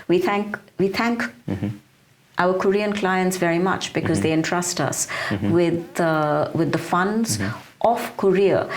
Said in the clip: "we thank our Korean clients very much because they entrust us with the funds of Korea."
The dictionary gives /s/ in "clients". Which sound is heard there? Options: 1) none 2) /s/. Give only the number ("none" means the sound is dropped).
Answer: 2